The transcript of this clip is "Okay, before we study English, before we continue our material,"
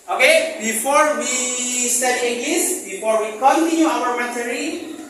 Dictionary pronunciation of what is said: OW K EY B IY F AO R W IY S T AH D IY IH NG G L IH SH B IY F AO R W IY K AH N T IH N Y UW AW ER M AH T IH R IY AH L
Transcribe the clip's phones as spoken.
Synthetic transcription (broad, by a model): OW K EY B IY F AO R W IY S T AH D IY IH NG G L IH S B IY F AO R W IY K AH N T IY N Y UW AW ER M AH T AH R IY